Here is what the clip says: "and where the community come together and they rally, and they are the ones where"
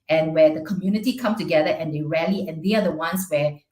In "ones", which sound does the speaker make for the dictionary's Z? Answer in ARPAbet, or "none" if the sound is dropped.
S